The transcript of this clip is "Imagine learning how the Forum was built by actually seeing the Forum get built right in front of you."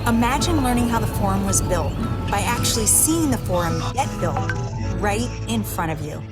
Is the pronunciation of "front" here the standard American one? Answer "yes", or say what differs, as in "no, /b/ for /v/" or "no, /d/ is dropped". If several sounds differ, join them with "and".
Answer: no, /n/ is dropped